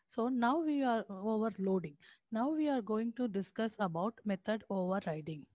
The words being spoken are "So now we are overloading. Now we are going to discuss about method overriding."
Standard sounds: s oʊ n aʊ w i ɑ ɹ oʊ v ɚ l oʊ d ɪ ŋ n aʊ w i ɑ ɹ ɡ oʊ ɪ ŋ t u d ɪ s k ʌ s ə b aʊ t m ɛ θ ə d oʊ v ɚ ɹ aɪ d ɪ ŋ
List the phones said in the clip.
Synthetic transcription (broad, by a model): s oʊ n aʊ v i ɑ ɹ oʊ v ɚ l oʊ d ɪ ŋ n aʊ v i ɑ ɹ ɡ oʊ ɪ ŋ t u d ɪ s k ʌ s ə b aʊ t m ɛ t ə d oʊ v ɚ ɹ aɪ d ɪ ŋ